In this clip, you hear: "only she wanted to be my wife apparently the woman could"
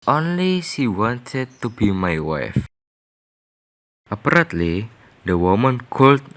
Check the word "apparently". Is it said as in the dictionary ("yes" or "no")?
no